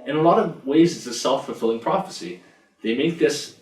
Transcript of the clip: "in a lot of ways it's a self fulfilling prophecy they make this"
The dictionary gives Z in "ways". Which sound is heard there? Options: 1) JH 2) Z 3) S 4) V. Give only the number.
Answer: 2